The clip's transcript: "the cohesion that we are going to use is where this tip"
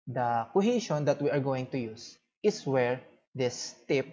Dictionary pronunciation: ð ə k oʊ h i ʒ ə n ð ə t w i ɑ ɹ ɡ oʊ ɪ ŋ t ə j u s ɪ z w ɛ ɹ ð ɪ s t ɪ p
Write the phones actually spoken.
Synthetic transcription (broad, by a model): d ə k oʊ h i ʃ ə n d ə t w i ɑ ɹ ɡ oʊ ɪ ŋ t ə j u s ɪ s w ɛ ɹ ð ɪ s t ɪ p